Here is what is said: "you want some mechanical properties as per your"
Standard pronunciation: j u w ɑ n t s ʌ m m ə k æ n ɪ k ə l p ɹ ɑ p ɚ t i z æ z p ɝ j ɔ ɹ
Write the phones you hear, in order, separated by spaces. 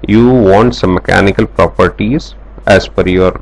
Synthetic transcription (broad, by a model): j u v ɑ n t s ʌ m m ə k æ n ɪ k ə l p ɹ ɑ p ɚ t i z æ z f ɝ j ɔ ɹ